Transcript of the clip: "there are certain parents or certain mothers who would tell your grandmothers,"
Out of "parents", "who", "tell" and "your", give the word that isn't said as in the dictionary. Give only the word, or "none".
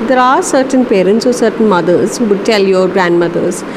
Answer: none